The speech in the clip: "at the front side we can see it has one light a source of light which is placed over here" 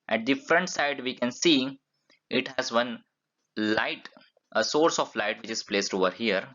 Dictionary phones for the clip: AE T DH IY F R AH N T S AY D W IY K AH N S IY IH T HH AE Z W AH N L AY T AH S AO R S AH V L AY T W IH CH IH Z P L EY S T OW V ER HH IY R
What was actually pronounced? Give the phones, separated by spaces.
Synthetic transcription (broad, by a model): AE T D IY F R AH N T S AY D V IY K AH N S IY IH T HH AE Z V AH N L AY T AH S AO R S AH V L AY T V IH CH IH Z P L EY S T OW V ER HH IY R